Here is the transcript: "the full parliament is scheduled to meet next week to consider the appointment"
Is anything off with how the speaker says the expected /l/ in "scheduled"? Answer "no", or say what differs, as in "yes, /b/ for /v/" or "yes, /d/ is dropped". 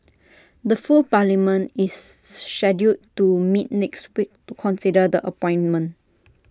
yes, /l/ is dropped